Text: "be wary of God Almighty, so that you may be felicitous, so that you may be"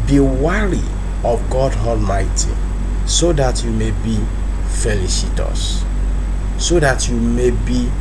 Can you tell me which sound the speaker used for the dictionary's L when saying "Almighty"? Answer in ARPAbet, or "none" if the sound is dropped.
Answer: L